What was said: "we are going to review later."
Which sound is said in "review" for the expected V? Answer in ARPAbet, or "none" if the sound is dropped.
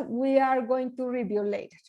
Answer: B